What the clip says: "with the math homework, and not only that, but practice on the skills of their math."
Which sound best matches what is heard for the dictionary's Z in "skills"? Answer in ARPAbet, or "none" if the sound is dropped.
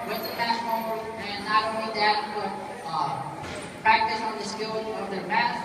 none